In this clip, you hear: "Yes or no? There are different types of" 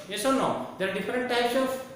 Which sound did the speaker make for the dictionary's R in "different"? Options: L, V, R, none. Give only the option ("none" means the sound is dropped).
R